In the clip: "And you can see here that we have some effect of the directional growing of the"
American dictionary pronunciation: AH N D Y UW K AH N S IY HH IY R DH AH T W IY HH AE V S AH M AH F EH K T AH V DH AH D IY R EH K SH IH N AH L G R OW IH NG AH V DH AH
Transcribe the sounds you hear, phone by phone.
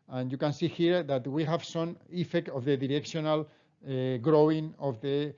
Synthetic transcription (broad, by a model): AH N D Y UW K AH N S IY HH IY R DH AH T W IY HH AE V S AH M AH F EH K T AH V DH AH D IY R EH K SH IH N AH L G R OW IH NG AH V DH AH